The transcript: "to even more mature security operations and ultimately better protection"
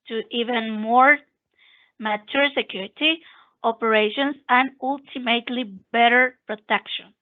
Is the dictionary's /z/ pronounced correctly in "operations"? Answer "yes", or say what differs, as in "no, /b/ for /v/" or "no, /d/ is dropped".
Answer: no, /s/ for /z/